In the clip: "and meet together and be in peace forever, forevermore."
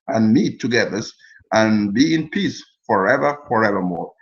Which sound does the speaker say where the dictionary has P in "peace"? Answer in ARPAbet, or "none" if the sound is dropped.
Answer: P